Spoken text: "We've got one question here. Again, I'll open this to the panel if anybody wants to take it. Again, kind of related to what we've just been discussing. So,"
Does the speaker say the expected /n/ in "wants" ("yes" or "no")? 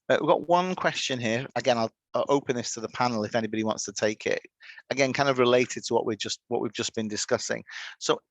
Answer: yes